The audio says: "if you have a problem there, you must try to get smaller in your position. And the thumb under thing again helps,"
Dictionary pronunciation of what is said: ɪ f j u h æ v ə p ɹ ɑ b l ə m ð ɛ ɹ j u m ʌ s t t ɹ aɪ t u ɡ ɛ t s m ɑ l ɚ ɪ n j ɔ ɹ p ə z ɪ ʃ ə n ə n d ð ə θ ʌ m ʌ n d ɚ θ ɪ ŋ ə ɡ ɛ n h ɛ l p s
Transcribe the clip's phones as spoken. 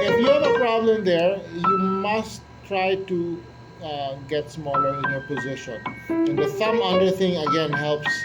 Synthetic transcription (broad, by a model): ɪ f j u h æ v ə p ɹ ɑ b l ə m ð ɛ ɹ j u m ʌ s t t ɹ aɪ t u ɡ ɛ t s m ɑ l ɚ ɪ n j ɔ ɹ p ə z ɪ ʃ ə n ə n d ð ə s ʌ m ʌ d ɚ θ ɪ ŋ ə ɡ ɛ n h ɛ l p s